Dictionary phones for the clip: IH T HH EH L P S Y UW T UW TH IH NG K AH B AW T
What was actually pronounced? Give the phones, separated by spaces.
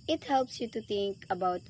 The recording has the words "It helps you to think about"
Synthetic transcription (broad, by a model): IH T HH EH L P S Y UW T UW T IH NG K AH B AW T